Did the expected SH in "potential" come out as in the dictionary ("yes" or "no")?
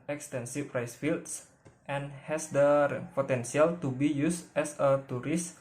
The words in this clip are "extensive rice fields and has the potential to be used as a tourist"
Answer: no